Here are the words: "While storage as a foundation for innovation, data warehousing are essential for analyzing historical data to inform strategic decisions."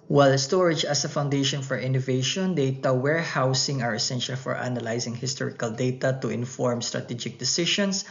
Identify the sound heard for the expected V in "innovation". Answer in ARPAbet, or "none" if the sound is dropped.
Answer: V